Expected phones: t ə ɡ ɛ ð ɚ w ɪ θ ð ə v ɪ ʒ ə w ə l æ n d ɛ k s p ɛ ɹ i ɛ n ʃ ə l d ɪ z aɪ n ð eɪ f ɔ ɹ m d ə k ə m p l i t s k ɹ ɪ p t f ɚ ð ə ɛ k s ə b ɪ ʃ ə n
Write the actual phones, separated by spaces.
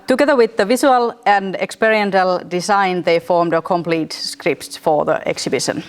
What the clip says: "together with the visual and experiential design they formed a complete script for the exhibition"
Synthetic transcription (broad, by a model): t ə ɡ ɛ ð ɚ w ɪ ð ə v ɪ s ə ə l æ n d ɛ k s p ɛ ɹ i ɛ n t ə l d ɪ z aɪ n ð eɪ f ɔ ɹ m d ə k ə m p l i t s k ɹ ɪ p t f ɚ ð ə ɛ k s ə b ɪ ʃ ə n